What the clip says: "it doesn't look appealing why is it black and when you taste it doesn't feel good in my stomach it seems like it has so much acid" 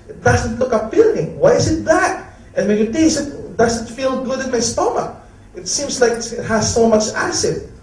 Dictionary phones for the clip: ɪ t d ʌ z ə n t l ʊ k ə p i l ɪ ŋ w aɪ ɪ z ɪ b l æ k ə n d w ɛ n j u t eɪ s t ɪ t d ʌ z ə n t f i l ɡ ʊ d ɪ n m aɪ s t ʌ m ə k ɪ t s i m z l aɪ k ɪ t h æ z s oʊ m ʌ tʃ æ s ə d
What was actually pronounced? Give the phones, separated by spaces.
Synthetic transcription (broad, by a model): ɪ t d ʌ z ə n t l ʊ k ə b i l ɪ ŋ w aɪ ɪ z ɪ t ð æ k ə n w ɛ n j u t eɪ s ɪ t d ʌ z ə n t f i l ɡ ʊ d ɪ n m aɪ s t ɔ m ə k ɪ t s i m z l aɪ k ɪ t h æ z s oʊ m ʌ tʃ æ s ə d